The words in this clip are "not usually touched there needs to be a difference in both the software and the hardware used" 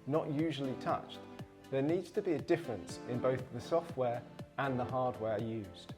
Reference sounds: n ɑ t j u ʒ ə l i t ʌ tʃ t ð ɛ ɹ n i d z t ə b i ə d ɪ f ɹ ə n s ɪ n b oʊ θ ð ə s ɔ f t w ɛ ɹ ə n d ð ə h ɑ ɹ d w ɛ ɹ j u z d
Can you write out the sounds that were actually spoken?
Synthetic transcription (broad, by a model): n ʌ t j u ʒ ə l i t ʌ tʃ ð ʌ n i d z t ə b i ə d ɪ f ɹ ə n s ɪ n b oʊ θ ð ə s ɔ f t w ɛ ɹ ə n ð ə h ɑ d w ɛ ɹ j u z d